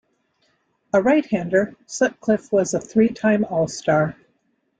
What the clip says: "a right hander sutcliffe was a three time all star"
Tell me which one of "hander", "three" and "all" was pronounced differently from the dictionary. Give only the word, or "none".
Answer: none